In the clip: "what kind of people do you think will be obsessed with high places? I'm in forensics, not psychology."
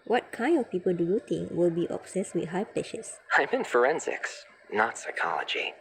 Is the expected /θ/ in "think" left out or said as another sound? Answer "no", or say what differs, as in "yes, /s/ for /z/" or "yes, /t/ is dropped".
yes, /t/ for /θ/